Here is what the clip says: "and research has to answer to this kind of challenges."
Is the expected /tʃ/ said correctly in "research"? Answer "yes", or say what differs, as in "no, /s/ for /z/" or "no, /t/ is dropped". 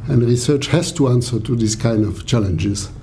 yes